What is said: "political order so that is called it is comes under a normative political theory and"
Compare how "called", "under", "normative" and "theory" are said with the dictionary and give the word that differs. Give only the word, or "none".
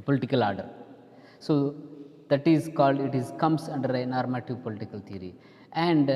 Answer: theory